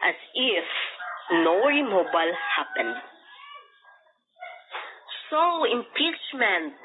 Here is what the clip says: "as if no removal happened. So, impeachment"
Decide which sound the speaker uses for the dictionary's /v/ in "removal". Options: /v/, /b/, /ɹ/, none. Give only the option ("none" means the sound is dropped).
/b/